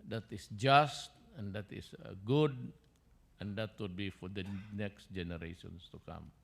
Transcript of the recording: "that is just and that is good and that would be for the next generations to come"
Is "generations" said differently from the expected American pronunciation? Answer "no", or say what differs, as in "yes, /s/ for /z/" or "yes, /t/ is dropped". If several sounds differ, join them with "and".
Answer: yes, /s/ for /z/